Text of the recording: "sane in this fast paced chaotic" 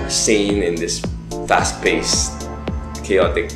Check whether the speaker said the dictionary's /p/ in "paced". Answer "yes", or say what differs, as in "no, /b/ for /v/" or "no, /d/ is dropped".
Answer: no, /b/ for /p/